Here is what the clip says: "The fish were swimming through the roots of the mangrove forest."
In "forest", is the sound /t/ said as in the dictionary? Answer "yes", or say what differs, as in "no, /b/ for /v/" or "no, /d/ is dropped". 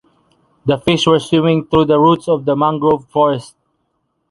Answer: yes